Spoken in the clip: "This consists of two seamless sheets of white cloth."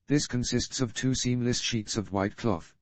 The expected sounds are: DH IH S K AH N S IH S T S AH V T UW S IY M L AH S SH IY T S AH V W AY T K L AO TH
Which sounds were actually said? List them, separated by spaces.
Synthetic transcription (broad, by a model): DH IH S K AH N S IH S T S AH V T UW S IY M L AH S SH IY T S AH V W AY T K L AO TH